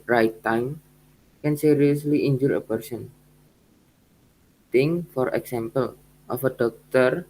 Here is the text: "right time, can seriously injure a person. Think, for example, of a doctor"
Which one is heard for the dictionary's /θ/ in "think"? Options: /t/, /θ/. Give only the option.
/t/